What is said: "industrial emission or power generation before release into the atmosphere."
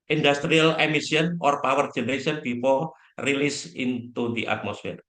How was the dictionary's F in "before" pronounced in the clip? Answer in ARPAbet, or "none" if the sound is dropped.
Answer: P